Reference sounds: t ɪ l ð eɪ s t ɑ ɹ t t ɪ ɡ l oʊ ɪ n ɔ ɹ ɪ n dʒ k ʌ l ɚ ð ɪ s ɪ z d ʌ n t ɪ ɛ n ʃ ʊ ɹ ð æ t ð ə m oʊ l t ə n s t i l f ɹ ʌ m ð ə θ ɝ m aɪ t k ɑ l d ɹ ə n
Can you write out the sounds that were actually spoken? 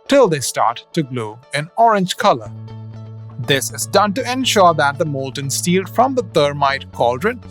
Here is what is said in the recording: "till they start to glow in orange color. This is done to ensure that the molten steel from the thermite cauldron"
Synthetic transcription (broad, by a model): t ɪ l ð eɪ s t ɑ ɹ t t ɪ ɡ l oʊ ɪ n ɔ ɹ ɪ n dʒ k ʌ l ɚ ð ɪ s ɪ z d ʌ n t ɪ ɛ n ʃ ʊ ɹ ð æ t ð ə m oʊ l t ə n s t i l f ɹ ʌ m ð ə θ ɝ m aɪ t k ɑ l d ɹ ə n